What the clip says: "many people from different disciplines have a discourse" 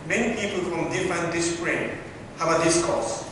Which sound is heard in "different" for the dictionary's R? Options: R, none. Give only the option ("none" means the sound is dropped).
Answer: none